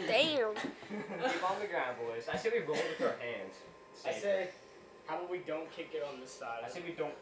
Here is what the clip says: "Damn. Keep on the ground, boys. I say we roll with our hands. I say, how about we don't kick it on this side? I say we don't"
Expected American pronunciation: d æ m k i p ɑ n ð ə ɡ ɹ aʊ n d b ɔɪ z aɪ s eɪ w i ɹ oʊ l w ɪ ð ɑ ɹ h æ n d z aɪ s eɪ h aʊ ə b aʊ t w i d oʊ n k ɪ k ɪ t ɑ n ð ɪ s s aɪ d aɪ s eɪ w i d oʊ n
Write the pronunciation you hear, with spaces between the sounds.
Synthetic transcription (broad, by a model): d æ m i ɑ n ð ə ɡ ɹ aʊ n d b ɔɪ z aɪ s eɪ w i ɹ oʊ n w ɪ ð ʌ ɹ h æ n d z aɪ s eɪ h aʊ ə w i d oʊ n k ɪ k ɪ t n ð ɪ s s aɪ d aɪ s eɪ w i d oʊ n